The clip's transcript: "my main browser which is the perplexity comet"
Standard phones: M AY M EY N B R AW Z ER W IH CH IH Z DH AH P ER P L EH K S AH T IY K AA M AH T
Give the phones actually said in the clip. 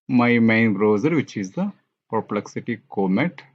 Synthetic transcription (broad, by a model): M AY M EY N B R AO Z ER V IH CH IH Z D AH P ER P L EH K S AH T IY K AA M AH T